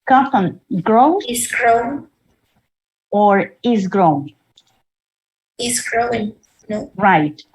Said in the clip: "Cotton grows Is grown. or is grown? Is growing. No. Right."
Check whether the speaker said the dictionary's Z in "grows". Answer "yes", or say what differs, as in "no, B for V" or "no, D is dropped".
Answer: no, Z is dropped